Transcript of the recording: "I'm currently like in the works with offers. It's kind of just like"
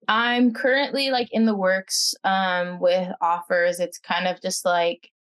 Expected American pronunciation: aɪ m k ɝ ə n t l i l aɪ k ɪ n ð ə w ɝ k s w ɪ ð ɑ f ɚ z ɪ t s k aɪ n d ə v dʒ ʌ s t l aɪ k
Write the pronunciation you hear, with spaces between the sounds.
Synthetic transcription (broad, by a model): aɪ m k ɝ ə n t l i l aɪ k ɪ n ð ə w ɝ k s w ɪ ð ɑ f ɚ z ɪ t s k aɪ n d ə v dʒ ʌ s t l aɪ k